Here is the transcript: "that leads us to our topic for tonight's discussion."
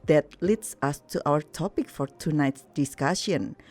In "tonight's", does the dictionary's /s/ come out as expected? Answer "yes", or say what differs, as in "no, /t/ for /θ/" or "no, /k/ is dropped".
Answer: yes